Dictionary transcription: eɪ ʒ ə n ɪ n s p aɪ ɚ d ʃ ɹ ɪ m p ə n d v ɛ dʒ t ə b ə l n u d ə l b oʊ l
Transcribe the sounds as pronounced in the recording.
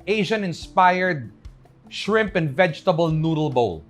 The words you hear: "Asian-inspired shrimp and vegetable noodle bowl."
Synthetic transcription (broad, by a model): eɪ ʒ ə n ɪ n s p aɪ ɚ d ʃ ɹ ɪ m p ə n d v ɛ dʒ t ə b ə l n u d ə l b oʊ l